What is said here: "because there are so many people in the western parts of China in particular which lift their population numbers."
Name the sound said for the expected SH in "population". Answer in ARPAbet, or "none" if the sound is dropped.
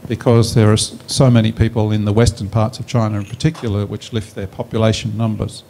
none